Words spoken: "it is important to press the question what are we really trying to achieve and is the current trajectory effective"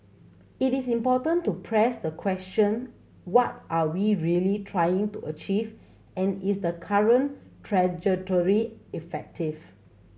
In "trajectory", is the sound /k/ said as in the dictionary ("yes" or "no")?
no